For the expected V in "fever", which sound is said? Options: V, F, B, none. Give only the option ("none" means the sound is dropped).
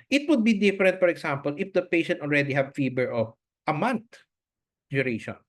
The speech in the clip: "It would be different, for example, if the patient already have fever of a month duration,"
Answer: B